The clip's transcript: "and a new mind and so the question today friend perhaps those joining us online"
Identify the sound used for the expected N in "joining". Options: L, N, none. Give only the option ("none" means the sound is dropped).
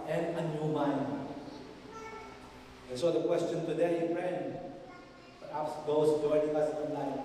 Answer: none